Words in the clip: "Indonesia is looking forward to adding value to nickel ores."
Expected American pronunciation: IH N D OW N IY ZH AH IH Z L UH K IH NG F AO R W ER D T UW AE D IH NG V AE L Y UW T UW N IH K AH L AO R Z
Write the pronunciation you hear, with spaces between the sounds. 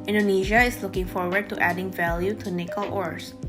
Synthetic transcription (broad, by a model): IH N D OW N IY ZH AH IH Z L UH K IH NG F AO R W ER D T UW AE D IH NG V AE L Y UW T UW N IH K AH L AO R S